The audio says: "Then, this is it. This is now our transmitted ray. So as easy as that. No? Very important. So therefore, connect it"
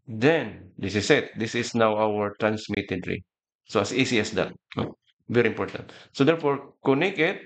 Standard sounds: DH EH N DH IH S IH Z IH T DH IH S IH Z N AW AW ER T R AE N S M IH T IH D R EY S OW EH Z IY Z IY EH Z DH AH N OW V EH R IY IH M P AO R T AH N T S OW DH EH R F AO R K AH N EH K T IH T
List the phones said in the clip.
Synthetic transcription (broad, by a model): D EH N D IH S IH S IH T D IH S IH S N AW AW ER T R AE N S M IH T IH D R EY S OW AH S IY S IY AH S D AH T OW V EH R IY IH M P AO R T AH N T S OW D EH R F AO R K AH N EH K IH T